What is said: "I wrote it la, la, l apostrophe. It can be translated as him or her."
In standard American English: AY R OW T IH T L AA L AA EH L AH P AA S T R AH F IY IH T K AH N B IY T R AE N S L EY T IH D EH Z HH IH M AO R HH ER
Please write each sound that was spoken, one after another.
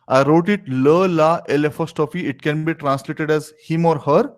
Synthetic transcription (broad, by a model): AY R OW T IH T L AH L AA EH L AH F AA S T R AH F IY IH T K AH N B IY T R AE N S L EY T IH D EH Z HH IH M AO R HH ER